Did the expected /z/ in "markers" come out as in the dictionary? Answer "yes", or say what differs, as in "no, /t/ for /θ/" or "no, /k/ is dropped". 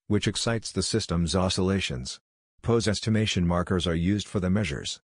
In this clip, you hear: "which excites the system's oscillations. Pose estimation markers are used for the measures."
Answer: yes